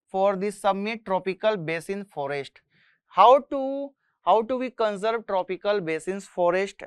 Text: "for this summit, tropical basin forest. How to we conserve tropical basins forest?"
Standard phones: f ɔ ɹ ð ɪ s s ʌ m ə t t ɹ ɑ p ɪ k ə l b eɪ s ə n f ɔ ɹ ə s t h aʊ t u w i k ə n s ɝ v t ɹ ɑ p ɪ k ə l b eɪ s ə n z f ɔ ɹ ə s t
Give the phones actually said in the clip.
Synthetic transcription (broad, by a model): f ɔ ɹ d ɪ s s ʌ m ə t t ɹ ɑ p ɪ k ə l b eɪ s ə n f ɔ ɹ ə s t h aʊ t u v i k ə n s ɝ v t ɹ ɑ p ɪ k ə l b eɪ s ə n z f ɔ ɹ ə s t